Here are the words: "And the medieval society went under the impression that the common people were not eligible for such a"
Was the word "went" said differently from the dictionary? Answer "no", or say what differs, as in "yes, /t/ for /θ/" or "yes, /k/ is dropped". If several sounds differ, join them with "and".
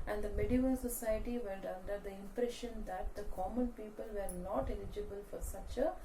yes, /l/ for /n/